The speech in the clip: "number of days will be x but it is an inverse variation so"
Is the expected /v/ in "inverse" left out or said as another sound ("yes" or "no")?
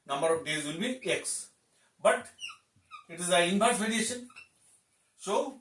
yes